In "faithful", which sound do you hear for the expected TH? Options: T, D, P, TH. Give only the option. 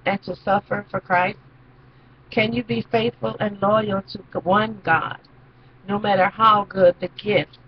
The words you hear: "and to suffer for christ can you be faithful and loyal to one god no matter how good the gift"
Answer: TH